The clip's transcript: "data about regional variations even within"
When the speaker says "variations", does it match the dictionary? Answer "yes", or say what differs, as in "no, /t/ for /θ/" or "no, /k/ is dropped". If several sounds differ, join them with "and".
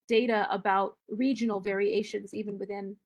yes